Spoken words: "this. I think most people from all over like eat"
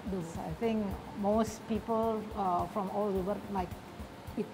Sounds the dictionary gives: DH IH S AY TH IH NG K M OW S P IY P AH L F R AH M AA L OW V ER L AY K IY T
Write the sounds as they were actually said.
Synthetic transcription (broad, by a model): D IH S AY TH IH NG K M OW S P IY P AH L F R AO M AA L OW B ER L AY K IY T